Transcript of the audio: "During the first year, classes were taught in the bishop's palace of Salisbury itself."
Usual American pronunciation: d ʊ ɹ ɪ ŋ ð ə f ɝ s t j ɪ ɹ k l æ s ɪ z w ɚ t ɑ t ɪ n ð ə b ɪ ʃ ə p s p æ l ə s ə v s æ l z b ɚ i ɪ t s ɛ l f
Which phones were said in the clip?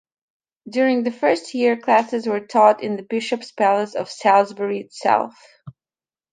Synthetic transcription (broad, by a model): d ʊ ɹ ɪ ŋ ð ə f ɝ s t j ɪ ɹ k l æ s ɪ z w ɚ t ɑ t ɪ n ð ə b ɪ ʃ ə p s p æ l ə s ə v s æ l z b ɚ i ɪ t s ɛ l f